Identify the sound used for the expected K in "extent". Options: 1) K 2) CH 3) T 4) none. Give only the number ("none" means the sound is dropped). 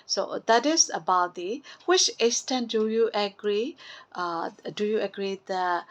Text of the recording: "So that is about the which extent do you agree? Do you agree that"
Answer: 4